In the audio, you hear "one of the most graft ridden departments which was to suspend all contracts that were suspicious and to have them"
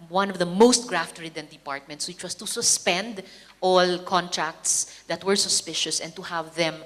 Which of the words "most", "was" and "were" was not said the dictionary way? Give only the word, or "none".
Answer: was